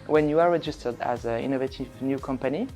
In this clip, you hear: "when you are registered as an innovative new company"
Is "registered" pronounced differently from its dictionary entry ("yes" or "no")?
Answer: no